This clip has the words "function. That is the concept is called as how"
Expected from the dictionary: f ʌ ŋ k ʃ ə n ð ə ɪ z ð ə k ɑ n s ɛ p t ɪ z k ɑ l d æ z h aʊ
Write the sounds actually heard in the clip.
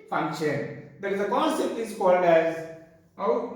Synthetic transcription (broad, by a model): f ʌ ŋ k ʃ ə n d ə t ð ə k ɑ n s ɛ p t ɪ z k ɑ l d æ z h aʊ